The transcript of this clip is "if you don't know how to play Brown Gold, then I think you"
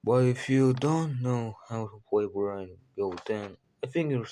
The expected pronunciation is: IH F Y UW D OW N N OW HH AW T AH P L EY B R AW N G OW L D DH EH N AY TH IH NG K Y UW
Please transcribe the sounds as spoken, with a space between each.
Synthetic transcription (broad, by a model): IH F Y UW D OW N N OW HH AW T AH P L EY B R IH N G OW D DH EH N AY TH IH NG K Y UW